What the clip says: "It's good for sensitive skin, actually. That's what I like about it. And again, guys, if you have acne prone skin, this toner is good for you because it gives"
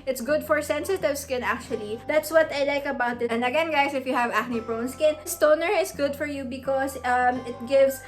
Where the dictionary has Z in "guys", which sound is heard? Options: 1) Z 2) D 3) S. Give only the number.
3